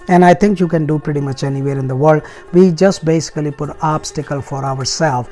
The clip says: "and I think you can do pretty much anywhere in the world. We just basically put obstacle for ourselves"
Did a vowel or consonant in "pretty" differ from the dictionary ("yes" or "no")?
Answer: no